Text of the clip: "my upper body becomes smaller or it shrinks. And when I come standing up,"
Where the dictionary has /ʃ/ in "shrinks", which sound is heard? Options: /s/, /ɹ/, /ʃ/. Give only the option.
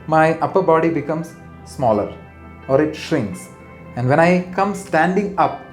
/ʃ/